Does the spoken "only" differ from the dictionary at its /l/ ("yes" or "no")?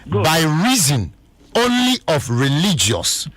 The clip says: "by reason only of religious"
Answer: no